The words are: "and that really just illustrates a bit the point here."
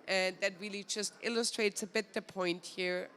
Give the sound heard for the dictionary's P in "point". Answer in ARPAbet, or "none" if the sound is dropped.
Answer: P